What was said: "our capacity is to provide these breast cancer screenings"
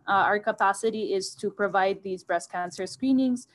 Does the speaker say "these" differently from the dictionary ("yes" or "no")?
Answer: no